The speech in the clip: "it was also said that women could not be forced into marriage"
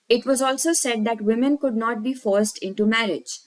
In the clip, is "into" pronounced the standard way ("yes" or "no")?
yes